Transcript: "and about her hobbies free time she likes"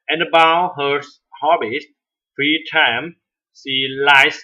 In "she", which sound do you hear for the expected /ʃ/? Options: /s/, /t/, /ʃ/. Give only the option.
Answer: /s/